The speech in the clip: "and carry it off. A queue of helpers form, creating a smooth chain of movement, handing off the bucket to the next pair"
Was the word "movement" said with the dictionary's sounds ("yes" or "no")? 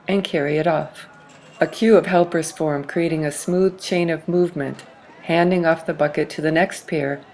yes